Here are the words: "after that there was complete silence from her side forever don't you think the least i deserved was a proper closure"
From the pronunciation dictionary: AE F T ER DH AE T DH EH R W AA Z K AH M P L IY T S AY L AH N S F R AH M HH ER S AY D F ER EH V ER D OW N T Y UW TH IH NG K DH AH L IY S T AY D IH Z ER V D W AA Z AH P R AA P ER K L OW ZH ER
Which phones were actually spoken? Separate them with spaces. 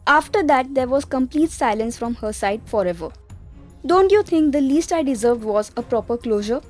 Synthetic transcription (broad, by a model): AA F T ER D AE T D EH R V AA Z K AH M P L IY T S AY L AH N S F R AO M HH ER S AY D F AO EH V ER D OW N T Y UW T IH NG K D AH L IY S T AY D IH Z ER V D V AA Z AH P R AA P ER K L OW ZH ER